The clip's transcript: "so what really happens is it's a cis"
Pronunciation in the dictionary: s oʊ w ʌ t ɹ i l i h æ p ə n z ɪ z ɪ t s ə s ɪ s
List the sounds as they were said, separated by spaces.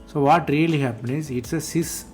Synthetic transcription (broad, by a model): s oʊ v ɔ t ɹ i l i h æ p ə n ɪ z ɪ t s ə s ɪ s